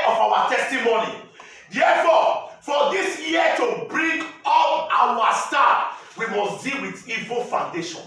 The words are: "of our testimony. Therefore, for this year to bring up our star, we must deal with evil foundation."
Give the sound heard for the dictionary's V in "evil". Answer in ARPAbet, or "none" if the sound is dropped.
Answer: V